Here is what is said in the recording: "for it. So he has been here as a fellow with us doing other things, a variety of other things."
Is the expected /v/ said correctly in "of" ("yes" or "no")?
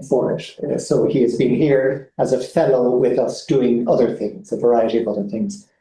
yes